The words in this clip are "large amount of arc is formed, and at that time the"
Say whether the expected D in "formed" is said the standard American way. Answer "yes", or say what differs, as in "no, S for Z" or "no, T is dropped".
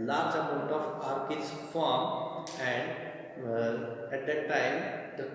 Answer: no, D is dropped